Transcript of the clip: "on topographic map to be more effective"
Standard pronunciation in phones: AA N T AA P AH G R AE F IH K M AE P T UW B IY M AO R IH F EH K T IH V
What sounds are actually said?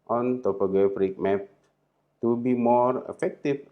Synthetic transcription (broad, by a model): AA N T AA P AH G AH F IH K M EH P T UW B IY M AO R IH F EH K T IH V